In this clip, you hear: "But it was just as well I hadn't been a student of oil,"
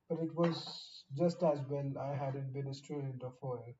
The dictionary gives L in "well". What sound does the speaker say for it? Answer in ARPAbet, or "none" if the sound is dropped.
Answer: N